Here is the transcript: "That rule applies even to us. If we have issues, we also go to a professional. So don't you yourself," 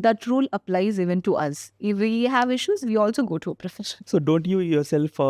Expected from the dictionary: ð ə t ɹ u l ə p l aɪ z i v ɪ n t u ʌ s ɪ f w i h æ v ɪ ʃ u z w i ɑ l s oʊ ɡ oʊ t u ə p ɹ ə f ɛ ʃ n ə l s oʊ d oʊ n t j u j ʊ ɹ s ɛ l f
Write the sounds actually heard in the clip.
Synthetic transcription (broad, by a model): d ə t ɹ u l ə p l aɪ z i v ɪ n t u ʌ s ɪ f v i h æ v ɪ ʃ u z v i ɑ l s oʊ ɡ oʊ t u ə p ɹ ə f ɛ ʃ ə n s oʊ d oʊ n t j u j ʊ ɹ s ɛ l f